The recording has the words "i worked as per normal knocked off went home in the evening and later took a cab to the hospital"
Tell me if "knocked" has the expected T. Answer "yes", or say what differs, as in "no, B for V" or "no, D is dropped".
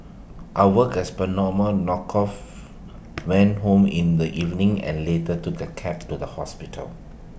no, T is dropped